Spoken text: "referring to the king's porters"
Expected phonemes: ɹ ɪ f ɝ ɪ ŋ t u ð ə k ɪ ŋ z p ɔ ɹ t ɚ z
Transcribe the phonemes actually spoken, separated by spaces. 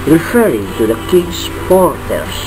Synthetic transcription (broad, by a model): ɹ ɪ f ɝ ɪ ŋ t u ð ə k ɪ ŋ s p ɔ ɹ t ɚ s